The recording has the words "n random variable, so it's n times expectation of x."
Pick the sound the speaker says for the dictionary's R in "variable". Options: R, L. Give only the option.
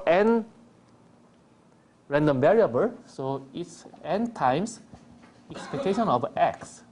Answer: R